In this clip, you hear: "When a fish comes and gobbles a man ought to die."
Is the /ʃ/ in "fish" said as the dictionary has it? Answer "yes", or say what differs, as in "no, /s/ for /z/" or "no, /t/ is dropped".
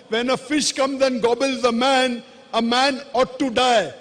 yes